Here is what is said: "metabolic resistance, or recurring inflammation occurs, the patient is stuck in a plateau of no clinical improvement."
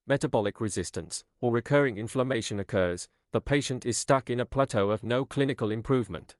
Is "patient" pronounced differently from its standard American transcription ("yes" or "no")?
no